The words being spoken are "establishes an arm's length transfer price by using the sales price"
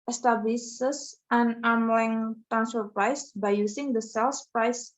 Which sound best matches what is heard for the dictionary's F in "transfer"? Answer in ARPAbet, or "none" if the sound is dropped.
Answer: none